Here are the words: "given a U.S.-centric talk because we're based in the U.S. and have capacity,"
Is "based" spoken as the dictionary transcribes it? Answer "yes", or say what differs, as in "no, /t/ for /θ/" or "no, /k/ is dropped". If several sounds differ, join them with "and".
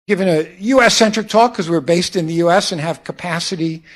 yes